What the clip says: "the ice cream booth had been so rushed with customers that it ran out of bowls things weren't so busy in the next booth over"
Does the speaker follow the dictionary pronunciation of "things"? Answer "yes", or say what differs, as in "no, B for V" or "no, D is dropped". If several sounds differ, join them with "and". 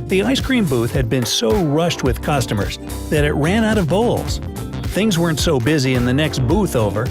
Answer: yes